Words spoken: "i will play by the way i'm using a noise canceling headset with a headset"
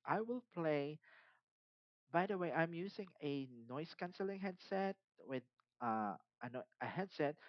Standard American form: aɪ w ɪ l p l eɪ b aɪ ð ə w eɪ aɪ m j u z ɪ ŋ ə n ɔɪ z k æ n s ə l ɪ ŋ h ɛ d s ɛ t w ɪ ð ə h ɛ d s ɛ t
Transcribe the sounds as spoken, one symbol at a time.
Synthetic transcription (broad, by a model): aɪ w ɪ l p l eɪ b aɪ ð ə w eɪ aɪ m j u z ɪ ŋ ə n ɔɪ s k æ n s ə l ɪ ŋ h ɛ d s ɛ t w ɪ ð ə h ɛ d s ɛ t